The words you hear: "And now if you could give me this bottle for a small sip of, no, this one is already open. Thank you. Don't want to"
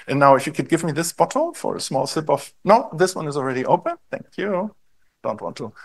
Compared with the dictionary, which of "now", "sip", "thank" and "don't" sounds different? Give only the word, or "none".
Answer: none